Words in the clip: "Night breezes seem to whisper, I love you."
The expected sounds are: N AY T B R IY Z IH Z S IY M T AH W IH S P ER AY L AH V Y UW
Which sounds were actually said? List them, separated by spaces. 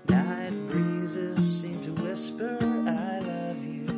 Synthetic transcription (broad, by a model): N AY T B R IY Z IH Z S IY M T AH W IH S P ER AY L AH V Y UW